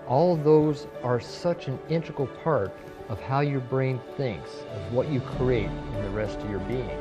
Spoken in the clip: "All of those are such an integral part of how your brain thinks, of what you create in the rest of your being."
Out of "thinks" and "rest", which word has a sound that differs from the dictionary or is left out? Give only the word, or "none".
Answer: none